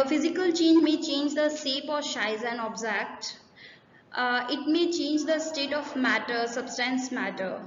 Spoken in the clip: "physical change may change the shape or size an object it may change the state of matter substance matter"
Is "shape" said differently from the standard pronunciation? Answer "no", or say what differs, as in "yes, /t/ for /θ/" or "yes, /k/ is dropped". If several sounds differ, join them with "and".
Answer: yes, /s/ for /ʃ/